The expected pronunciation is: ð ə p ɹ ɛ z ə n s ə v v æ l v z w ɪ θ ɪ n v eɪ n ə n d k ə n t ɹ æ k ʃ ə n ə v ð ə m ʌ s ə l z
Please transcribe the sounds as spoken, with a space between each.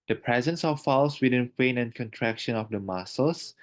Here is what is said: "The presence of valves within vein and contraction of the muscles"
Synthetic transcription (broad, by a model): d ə p ɹ ɛ z ə n s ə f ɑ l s w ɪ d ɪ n f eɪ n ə n k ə n t ɹ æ k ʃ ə n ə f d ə m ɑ s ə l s